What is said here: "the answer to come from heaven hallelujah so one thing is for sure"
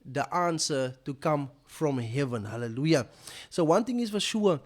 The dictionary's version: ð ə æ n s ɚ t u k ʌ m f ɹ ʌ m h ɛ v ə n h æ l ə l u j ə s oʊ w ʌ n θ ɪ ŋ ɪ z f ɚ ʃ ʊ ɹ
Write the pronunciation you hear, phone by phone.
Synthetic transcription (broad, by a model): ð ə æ n s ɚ t u k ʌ m f ɹ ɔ m h ɛ v ə n h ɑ l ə l u j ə s oʊ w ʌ n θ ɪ ŋ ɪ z f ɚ ʃ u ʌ